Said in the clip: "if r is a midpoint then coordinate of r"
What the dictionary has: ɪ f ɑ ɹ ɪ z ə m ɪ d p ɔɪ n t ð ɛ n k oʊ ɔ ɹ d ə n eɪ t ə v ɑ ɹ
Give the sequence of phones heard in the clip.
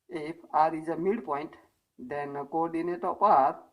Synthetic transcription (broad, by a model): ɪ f ɑ ɹ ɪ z ə m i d p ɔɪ n t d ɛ n k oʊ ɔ ɹ d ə n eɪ t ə p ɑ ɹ